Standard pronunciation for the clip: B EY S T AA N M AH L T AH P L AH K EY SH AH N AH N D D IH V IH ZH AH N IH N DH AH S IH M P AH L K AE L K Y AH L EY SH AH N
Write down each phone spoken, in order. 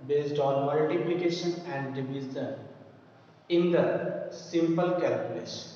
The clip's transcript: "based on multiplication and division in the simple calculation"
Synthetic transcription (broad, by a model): B EY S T AA N M AH L T AH P L AH K EY SH AH N AH N D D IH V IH Z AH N IH N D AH S IH M P AH L K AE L K Y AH L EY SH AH N